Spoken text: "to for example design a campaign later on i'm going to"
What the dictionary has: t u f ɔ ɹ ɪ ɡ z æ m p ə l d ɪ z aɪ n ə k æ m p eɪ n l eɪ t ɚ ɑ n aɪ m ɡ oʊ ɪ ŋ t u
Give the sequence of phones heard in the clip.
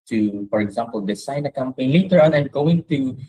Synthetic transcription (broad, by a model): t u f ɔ ɹ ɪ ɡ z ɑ m p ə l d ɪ s aɪ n ə k æ m p eɪ n l eɪ t ɚ ɑ n aɪ m ɡ oʊ ɪ ŋ t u